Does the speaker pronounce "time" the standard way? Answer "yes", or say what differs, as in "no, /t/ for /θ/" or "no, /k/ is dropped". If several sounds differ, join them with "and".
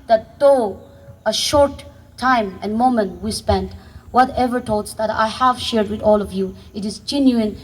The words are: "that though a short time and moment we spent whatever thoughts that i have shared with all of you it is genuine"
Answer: yes